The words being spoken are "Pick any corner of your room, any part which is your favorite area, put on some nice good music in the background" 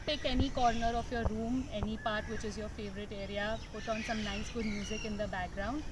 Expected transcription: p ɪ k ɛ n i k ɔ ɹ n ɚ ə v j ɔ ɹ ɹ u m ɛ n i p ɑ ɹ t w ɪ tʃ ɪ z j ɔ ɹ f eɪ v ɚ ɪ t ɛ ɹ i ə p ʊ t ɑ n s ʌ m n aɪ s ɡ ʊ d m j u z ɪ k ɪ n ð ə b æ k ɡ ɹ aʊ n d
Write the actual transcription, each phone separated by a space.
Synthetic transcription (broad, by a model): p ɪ k ɛ n i k ɔ ɹ n ɚ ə f j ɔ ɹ ɹ u m ɛ n i p ɑ ɹ t w ɪ tʃ ɪ z j ɔ ɹ f eɪ v ɚ ɪ t ɛ ɹ i ə p ʊ t ɑ n s ʌ m n aɪ s ɡ ʊ d m j u z ɪ k ɪ n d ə b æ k ɡ ɹ aʊ n d